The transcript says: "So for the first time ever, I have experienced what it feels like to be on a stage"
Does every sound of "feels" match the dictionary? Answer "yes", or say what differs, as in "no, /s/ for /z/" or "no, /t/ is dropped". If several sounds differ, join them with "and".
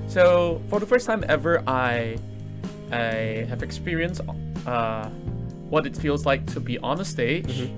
yes